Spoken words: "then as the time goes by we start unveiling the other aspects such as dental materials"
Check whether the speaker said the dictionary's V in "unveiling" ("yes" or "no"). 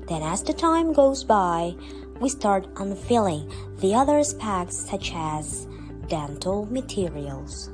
no